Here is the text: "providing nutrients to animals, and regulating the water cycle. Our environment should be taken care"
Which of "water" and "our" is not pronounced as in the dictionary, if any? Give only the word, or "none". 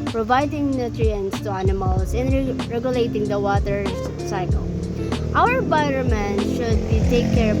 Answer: our